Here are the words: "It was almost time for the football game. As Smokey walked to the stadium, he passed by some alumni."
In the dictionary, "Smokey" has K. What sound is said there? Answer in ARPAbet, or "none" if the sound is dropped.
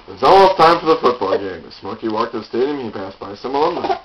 K